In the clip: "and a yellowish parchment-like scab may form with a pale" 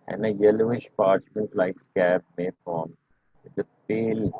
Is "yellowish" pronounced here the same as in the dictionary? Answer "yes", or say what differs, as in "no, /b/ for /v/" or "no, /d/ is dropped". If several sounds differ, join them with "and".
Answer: yes